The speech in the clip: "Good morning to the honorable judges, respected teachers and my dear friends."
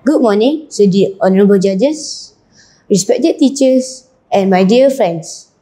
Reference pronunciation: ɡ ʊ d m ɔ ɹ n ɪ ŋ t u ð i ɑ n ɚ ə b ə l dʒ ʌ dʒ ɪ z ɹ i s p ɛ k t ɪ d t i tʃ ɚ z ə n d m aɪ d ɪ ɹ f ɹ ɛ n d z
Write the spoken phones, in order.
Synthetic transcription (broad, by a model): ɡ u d m ɔ n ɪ ŋ s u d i ɑ n ɚ ə b ə l dʒ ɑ dʒ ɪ s ɹ i s p ɛ k t ɪ d t i tʃ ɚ s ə n m aɪ d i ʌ f ɹ ɛ n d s